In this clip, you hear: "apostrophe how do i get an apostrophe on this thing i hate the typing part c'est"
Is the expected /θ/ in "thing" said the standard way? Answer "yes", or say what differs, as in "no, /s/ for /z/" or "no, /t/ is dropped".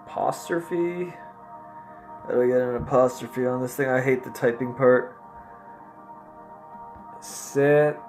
yes